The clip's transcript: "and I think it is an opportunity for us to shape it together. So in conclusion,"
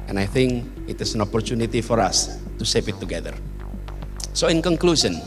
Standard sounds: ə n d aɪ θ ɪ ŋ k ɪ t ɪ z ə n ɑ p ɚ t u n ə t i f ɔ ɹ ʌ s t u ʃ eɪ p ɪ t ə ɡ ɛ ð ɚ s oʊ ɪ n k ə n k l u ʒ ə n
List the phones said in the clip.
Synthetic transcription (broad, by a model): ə n aɪ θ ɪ ŋ k ɪ t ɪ s ə n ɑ p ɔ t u n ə t i f ɔ ɹ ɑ s t u s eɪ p ɪ t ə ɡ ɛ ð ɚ s oʊ ɪ n k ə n k l u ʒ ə n